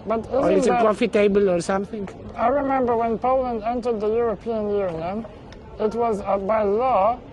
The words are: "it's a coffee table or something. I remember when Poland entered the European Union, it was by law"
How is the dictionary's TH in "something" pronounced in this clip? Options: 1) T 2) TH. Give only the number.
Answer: 2